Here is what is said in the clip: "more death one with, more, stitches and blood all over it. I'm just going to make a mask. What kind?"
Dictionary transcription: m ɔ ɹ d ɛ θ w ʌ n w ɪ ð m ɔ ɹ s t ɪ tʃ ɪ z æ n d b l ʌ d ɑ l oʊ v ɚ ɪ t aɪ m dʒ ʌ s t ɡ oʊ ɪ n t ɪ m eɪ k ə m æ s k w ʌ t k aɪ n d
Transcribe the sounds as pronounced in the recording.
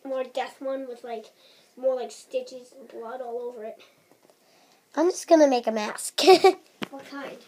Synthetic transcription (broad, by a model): m ɔ ɹ d ɛ θ w ʌ n w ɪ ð m ɔ ɹ s t ɪ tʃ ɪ z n b l ʌ d ɑ l oʊ v ɚ ɪ t aɪ m dʒ ʌ s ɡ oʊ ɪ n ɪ m eɪ k ə m æ s k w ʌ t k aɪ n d